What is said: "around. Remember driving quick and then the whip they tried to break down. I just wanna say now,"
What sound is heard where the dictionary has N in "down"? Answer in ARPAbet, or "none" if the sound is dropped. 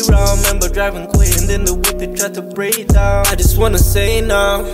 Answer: none